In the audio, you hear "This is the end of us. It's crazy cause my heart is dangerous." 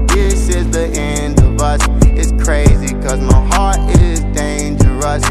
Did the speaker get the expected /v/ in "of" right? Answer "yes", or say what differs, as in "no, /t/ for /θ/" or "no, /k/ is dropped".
yes